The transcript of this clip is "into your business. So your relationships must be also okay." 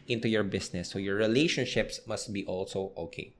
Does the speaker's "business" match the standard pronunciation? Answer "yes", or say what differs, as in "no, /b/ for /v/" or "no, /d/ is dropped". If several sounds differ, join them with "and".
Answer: no, /s/ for /z/